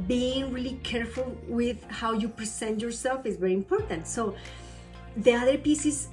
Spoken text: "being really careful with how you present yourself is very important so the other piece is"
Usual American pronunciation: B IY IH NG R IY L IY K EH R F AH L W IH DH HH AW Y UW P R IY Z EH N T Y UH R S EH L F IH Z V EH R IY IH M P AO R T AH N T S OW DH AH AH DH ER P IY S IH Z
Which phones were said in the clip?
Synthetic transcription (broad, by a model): B IY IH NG R IY L IY K EH R F AH L W IH DH HH AW Y UW P R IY S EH N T Y UH R S EH L F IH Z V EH R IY IH M P AO R T AH N T S OW DH AH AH DH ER P IY S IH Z